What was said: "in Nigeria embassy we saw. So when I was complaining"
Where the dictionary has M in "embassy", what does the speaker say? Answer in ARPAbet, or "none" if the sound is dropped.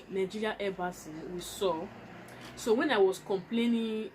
none